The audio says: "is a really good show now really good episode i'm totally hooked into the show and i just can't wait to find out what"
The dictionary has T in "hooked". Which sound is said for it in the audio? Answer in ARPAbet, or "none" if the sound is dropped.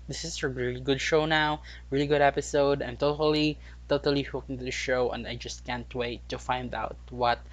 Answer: none